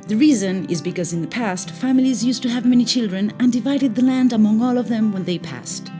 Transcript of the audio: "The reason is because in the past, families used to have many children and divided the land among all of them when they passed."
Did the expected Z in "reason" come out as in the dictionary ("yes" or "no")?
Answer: yes